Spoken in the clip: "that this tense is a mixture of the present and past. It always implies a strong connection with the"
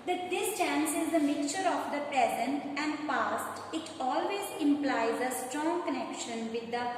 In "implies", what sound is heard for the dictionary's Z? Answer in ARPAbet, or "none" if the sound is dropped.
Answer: Z